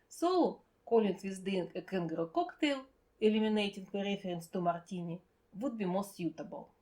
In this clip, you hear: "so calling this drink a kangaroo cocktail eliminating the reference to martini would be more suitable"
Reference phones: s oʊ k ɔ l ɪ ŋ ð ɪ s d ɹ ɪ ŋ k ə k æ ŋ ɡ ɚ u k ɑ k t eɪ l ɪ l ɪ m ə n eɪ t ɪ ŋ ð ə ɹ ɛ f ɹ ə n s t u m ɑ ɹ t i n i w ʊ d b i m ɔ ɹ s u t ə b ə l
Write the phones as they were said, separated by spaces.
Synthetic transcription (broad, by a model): s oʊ k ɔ l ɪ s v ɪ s d ɪ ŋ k ə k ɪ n ɡ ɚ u k ɑ k t eɪ l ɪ l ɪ m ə n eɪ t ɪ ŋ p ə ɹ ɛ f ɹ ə n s t u m ɑ ɹ t i n i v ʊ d b i m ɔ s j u t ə b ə l